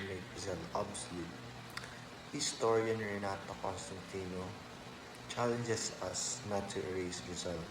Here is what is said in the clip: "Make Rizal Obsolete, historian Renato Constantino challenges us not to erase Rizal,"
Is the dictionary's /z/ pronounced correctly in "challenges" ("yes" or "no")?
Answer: no